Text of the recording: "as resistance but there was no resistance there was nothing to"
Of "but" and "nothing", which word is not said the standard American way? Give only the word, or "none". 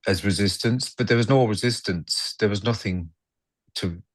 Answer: none